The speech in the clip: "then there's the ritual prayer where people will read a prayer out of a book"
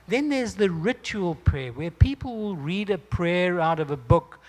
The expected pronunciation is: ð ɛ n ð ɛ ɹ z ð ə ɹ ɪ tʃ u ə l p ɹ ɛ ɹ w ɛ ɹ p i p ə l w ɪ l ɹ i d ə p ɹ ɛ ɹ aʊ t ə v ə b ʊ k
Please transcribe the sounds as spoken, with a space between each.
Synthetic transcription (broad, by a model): ð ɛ n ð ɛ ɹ z ð ə ɹ ɪ tʃ u ə l p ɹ ɛ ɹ w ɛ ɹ p i p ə l w ɪ l ɹ i d ə p ɹ ɛ ɹ aʊ t ə v ə b ʊ k